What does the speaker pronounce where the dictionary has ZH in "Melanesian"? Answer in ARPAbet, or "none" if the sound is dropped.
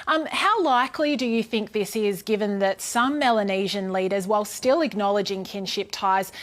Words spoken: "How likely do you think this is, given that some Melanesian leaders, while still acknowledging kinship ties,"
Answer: ZH